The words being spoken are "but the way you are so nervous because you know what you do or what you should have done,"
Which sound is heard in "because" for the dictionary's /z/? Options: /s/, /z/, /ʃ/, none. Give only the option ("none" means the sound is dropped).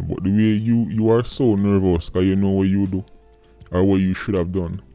none